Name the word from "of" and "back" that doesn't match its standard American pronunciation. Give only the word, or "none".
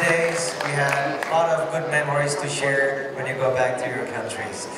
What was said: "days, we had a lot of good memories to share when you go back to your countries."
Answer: none